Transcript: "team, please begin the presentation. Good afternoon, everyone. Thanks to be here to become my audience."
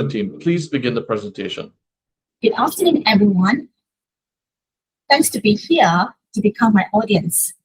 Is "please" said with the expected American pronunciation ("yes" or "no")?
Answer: yes